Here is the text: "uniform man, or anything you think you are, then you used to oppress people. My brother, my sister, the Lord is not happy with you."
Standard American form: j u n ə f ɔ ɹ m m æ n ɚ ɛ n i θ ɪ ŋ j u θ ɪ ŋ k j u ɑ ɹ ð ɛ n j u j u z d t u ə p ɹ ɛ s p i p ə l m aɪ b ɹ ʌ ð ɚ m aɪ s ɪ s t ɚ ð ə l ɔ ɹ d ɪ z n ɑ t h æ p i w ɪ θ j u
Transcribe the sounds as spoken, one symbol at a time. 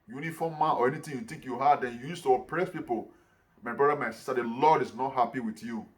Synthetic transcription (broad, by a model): j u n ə f ɔ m m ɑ n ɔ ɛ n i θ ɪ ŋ j u t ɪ k j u ɑ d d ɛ n j u j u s t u ə p ɹ ɛ s p i p ə l m aɪ b ɹ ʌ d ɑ m aɪ s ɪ s t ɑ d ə l ɔ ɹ d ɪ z n ɑ t h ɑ p i w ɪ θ j u